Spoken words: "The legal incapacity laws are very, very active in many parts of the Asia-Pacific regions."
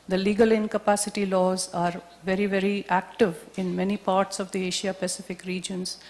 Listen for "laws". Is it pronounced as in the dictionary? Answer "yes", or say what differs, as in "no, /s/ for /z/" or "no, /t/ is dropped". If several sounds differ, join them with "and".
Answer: yes